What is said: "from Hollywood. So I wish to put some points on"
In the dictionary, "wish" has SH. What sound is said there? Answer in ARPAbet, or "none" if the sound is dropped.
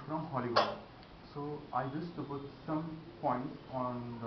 S